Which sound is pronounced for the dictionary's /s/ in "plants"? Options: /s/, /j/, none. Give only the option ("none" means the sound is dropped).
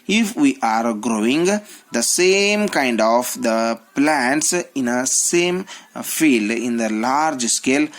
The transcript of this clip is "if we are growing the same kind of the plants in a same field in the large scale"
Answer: /s/